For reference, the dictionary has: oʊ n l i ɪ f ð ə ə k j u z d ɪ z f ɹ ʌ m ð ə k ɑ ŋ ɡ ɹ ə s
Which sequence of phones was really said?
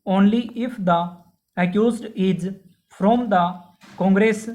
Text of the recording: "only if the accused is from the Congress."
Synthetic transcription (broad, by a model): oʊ n l i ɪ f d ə ə k j u z d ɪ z p ɹ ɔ m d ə k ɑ ŋ ɡ ɹ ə s